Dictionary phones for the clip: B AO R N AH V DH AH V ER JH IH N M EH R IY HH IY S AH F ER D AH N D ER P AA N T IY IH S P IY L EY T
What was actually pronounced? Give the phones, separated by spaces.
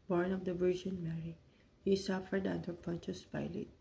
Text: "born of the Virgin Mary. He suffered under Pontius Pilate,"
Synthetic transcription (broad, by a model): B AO R N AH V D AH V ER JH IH N M EH R IY HH IY S AH F ER D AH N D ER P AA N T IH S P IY L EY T